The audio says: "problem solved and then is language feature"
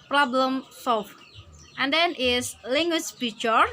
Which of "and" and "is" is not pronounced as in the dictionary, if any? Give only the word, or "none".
is